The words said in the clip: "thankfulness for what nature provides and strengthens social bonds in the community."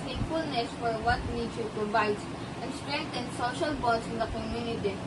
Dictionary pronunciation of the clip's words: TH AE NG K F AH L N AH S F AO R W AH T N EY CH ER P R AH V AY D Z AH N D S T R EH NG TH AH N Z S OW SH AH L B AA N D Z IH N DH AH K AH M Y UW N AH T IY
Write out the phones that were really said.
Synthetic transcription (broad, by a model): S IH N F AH L N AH S F AO R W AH T N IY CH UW P R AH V AY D AH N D S T R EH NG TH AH N S OW SH AH L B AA D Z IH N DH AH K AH M Y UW N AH T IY